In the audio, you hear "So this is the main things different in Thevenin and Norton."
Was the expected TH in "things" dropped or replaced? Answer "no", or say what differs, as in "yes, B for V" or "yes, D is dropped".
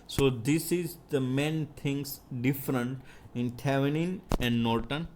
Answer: yes, T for TH